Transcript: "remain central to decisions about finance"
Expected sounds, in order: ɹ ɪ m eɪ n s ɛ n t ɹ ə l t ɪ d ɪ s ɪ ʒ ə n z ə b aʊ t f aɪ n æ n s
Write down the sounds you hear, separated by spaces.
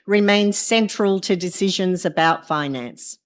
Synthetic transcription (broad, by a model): ɹ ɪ m eɪ n s ɛ n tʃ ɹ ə l t ɪ d ɪ s ɪ ʒ ə n z ə b aʊ t f aɪ n æ n s